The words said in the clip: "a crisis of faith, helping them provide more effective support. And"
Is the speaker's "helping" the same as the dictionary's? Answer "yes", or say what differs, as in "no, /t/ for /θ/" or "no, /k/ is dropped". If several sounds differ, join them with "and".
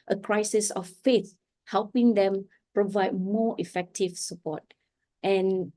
yes